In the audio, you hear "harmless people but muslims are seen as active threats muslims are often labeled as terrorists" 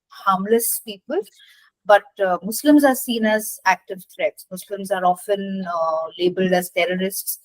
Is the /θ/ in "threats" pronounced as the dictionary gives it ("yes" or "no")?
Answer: no